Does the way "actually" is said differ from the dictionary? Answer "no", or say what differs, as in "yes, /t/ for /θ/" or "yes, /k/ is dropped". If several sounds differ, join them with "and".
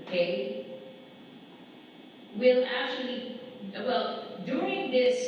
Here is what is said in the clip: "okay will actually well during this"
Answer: no